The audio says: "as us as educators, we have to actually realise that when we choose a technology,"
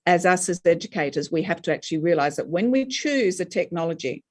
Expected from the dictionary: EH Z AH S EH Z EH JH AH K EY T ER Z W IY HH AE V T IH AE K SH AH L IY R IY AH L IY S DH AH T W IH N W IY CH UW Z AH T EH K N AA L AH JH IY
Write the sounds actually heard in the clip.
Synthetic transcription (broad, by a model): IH Z AH S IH Z EH JH AH K EY T ER Z W IY HH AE F T IH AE K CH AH L IY R IY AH L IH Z DH AH T W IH N W IY CH UW Z AH T EH K N AA L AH JH IY